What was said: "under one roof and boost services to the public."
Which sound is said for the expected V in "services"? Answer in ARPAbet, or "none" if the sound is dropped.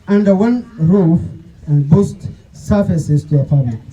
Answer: F